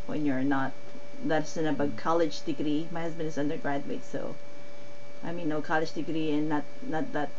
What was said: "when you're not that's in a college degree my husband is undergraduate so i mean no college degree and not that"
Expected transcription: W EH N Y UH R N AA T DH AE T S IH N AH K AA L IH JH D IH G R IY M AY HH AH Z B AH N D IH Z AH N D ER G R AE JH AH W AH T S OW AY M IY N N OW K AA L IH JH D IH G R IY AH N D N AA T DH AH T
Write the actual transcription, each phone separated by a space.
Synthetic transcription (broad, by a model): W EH N Y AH R N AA T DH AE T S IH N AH K AA L IH JH D IH G R IY M AY HH AH Z B AH N D IH Z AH N D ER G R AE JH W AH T S OW AY M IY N N OW K AA L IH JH D IH G R IY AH N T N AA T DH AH T